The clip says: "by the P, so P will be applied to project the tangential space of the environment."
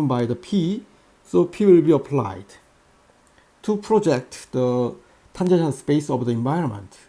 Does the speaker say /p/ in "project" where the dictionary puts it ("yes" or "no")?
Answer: yes